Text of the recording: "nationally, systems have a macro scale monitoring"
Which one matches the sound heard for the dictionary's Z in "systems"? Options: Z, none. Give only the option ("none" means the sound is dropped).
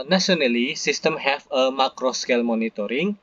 none